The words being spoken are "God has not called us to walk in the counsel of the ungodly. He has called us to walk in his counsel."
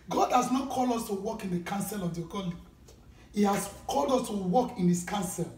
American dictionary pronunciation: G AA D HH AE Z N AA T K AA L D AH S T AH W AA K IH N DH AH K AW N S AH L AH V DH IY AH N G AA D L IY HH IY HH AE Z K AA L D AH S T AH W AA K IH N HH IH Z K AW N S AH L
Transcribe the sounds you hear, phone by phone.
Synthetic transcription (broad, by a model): G AA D HH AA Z N AA T K AA L D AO S T AH W AA K IH N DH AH K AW N S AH L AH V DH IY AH G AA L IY HH IY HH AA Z K AA L D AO S T AH W AA K IH N HH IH S K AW N S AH L